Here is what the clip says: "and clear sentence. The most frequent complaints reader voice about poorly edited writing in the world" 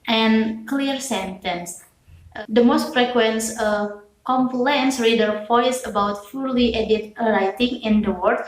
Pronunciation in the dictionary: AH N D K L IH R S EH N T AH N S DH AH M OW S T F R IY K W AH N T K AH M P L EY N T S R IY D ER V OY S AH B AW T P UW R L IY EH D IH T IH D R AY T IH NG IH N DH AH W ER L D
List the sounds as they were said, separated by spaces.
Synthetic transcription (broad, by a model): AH N K L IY R S EH N T AH N S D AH M OW S T F R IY K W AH N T K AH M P L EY N S R IY D ER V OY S AH B AW T F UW L IY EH D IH T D R AY T IH NG IH N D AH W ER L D